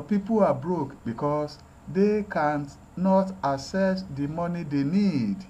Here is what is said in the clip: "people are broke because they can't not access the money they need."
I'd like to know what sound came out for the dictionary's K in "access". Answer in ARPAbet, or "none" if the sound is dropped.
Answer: none